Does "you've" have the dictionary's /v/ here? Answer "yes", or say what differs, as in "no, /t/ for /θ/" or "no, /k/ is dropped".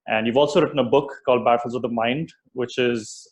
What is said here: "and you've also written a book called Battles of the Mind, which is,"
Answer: yes